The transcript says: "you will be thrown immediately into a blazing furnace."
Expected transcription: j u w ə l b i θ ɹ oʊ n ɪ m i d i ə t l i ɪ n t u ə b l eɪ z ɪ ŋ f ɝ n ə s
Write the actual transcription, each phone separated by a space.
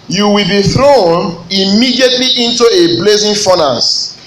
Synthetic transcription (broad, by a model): j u w ə l b i θ ɹ oʊ n ɪ m i d i ə t l i ɪ n t u ə b l eɪ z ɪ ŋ f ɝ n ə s